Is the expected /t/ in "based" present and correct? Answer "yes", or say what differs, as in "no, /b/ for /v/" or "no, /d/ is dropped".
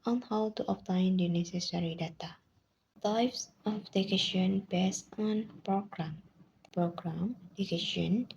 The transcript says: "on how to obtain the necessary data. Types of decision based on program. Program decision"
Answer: no, /t/ is dropped